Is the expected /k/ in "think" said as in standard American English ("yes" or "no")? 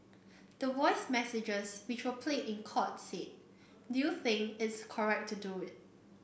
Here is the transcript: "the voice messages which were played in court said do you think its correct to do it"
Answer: no